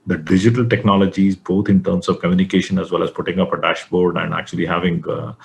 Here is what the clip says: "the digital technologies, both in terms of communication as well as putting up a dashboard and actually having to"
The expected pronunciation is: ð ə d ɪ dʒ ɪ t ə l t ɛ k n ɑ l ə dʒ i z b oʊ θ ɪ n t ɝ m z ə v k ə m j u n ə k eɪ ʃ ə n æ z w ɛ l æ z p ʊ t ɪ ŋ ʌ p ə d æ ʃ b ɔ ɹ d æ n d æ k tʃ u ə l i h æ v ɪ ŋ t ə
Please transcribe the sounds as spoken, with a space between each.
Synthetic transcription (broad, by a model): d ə d ɪ dʒ ɪ t ə l t ɛ k n ɑ l ə dʒ i z b oʊ t ɪ n t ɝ m s ə v k ə m j u n ə k eɪ ʃ ə n æ z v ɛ l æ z p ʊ t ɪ ŋ ʌ p ə d æ ʃ b ɔ ɹ d æ n d æ k tʃ u ə l i h æ v ɪ ŋ